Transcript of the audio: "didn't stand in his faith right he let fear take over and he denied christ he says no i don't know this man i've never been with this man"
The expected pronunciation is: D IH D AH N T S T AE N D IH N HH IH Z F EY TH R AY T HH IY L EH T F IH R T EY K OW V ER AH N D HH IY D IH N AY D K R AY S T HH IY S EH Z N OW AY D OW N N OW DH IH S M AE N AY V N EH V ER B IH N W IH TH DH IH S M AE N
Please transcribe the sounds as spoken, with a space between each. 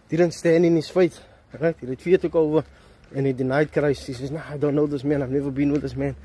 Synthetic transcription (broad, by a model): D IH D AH N T S T AE N D IH N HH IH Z F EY T R AY T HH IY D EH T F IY T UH K OW V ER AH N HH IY D IH N AY D K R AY S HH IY S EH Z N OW AY D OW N N OW DH IH S M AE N AY V N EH V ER B IH N W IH DH IH S M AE N